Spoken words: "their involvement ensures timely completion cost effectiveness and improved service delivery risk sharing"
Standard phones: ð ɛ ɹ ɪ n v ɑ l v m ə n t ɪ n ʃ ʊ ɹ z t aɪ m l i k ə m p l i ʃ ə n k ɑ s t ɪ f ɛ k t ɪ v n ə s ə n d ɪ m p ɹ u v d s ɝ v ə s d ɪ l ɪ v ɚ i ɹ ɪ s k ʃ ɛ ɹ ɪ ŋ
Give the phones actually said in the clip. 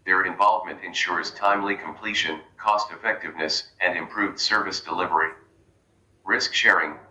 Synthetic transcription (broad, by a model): ð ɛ ɹ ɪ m v ɑ l v m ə n t ɪ n ʃ ʊ ɹ z t aɪ m l i k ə m p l i ʃ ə n k ɑ s t ɪ f ɛ k t ɪ v n ə s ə n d ɪ m p ɹ u v d s ɝ v ə s d ɪ l ɪ v ɚ i ɹ ɪ s k ʃ ɛ ɹ ɪ ŋ